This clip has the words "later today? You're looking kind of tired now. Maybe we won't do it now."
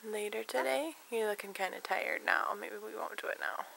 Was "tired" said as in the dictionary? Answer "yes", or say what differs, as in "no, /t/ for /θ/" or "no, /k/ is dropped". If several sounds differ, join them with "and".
yes